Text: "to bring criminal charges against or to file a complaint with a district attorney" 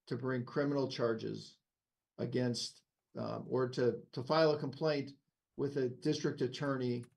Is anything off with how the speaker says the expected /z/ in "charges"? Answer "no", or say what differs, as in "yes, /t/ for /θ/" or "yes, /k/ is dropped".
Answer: no